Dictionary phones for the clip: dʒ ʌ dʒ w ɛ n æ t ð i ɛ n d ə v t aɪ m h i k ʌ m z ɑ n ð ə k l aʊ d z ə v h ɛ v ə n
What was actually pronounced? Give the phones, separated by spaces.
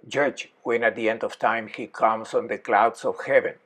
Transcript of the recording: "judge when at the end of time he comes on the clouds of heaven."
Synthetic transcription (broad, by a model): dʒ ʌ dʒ w ɛ n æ t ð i ɛ n d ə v t aɪ m h i k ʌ m s ɑ n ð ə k l aʊ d s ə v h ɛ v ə n